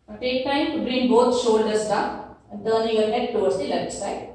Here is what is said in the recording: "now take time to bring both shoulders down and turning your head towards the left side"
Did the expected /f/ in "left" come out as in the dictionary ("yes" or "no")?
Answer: no